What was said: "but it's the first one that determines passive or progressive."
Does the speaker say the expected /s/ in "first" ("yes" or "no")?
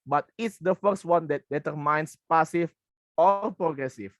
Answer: yes